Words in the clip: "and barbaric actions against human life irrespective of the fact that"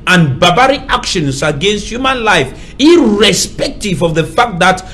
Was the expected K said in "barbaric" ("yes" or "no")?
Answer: no